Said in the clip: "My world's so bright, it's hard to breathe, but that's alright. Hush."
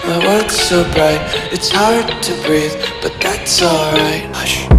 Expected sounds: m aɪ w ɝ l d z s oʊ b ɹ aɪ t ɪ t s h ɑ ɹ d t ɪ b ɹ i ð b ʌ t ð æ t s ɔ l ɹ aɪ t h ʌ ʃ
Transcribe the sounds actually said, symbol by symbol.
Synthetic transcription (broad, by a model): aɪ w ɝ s s oʊ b ɹ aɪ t ɪ t s h ɑ ɹ d t ɪ b ɹ i ð b ʌ t ð æ t s ɔ l ɹ aɪ t